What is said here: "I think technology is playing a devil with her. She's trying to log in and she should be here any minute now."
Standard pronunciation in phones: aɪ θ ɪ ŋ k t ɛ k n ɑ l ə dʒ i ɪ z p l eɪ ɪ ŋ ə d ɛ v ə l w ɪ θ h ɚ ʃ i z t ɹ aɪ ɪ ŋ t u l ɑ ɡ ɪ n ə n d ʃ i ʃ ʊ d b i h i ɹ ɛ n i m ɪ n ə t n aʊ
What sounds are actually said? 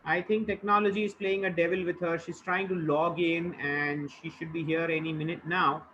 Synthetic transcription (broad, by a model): aɪ t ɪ ŋ k t ɛ k n ɑ l ə dʒ i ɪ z p l eɪ ɪ ŋ ə d ɛ v ə l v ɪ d h ɚ ʃ i z t ɹ aɪ ɪ ŋ t u l ɑ ɡ ɪ n ə n d ʃ i ʃ ʊ d b i h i ɹ ɛ n i m ɪ n ə t n aʊ